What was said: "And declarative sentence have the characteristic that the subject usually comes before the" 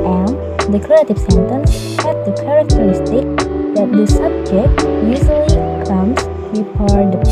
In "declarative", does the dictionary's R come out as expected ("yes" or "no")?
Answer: no